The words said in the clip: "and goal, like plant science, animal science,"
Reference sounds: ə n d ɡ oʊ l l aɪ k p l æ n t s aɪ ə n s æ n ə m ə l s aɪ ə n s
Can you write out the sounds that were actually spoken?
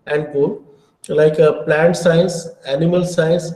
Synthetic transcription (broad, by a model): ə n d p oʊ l l aɪ k p l æ n t s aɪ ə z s æ n ə m ə l s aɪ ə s